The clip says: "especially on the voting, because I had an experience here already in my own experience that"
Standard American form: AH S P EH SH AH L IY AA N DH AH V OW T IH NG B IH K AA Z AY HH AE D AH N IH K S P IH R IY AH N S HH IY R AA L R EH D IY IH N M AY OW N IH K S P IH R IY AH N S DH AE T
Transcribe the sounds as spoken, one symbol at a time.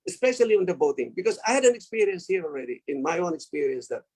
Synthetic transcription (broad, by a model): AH S P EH SH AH L IY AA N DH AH B OW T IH NG B IH K AA Z AY HH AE D AH N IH K S P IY R IY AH N S HH IY R AA L R EH D IY IH N M AY OW N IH K S P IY R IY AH N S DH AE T